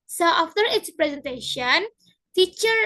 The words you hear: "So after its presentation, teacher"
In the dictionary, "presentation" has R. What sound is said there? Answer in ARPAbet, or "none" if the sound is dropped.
R